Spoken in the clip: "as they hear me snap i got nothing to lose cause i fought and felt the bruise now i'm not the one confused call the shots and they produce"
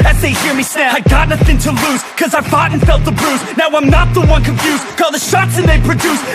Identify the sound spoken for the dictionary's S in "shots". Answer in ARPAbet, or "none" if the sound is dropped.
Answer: S